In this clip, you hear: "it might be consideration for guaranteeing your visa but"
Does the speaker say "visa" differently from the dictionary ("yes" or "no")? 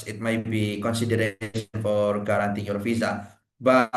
yes